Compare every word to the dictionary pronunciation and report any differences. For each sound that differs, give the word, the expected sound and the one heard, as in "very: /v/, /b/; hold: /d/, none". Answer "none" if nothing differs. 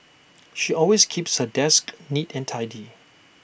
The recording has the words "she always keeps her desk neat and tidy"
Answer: always: /z/, /s/